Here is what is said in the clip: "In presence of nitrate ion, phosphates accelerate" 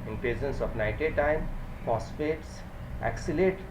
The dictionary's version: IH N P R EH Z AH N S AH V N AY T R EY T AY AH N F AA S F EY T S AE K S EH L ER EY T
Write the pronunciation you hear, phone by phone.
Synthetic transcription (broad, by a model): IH N P R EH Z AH N S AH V N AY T EY T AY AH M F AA S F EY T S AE K S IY L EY T